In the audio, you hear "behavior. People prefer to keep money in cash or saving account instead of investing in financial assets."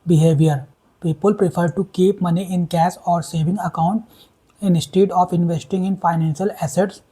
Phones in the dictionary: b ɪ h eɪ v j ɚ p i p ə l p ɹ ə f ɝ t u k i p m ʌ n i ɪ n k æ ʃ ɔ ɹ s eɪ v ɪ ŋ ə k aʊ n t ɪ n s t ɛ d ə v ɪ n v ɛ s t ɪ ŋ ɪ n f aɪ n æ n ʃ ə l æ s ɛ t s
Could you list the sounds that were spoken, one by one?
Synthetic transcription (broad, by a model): b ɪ h eɪ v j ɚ p i p ə l p ɹ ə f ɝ t u k i p m ʌ n i ɪ n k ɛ s ɔ ɹ s eɪ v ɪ ŋ ə k aʊ n t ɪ n s t ɛ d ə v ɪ n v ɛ s t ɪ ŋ ɪ n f aɪ n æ n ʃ ə l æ s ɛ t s